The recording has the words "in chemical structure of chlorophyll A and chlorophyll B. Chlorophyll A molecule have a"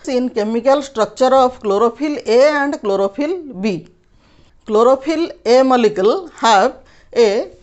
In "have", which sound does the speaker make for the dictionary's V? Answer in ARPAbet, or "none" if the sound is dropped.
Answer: B